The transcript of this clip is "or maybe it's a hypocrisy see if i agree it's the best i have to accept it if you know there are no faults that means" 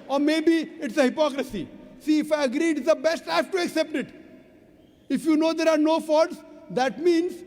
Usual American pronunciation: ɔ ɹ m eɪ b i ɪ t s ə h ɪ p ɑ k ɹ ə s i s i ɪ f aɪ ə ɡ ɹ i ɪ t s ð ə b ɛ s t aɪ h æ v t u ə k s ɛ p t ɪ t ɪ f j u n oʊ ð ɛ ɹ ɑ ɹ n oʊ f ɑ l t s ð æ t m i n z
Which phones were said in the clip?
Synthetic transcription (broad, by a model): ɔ ɹ m eɪ b i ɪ t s ə h ɪ p ɑ k ɹ ə s i s i ɪ f aɪ ə ɡ ɹ i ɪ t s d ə b ɛ s t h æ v t u ə k s ɛ p t ɪ t ɪ f j u n oʊ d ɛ ɹ ɑ ɹ n oʊ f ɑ t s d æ t m i n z